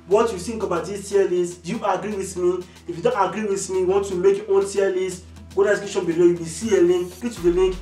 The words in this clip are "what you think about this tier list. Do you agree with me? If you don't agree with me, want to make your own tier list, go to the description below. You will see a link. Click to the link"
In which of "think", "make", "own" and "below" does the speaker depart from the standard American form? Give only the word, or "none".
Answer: think